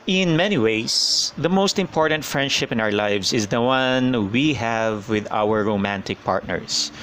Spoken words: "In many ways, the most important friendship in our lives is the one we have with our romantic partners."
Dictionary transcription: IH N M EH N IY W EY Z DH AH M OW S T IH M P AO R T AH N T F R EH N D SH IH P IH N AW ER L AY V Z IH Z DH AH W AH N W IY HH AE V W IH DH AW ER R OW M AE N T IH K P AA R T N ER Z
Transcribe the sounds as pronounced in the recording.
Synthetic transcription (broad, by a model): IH N M EH N IY W EY S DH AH M OW S T IH M P AO R T AH N T F R EH N D SH IH P IH N AW ER L AY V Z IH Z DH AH W AH N W IY HH AE V W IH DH AW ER R OW M AE N T IH K P AA R T N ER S